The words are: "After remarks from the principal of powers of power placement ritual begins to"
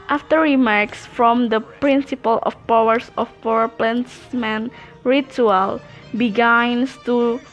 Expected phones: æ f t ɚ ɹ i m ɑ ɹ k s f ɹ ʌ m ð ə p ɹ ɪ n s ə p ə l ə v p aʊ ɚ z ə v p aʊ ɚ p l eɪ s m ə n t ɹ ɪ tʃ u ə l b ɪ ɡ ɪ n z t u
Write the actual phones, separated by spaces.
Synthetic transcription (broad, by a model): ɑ f t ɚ ɹ i m ɑ ɹ k s f ɹ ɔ m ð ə p ɹ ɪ n s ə p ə l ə f p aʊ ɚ s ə f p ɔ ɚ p l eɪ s m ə n ɹ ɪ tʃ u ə l b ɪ ɡ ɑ n s t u